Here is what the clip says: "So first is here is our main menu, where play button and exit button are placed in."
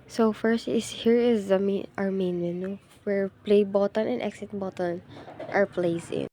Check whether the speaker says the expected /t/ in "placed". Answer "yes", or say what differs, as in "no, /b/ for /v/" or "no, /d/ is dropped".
no, /t/ is dropped